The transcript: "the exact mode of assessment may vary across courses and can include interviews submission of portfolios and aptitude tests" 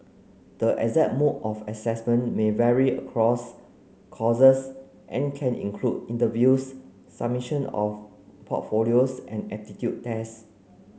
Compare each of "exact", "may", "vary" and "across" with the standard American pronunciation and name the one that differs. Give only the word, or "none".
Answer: exact